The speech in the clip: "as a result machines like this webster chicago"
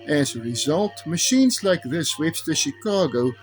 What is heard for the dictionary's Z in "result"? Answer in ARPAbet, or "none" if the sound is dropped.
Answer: Z